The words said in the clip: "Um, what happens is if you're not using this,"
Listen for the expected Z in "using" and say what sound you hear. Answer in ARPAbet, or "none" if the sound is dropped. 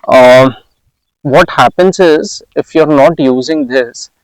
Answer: Z